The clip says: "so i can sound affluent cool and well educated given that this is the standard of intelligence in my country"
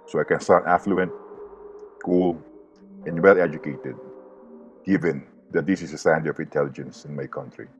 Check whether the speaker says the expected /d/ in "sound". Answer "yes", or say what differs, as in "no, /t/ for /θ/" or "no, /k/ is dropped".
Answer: no, /d/ is dropped